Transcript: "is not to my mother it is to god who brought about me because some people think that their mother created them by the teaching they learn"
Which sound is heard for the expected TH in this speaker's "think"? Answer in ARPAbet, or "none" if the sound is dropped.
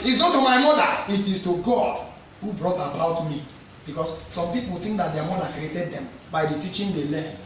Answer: T